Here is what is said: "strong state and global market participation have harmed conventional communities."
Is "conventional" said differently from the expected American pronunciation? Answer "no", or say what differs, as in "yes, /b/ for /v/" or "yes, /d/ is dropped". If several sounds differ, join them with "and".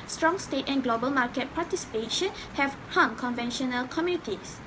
no